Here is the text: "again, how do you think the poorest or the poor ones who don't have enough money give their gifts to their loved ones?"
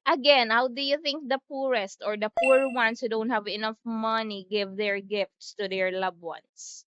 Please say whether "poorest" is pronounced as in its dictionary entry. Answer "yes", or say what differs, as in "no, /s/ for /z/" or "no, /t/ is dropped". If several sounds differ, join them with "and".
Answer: yes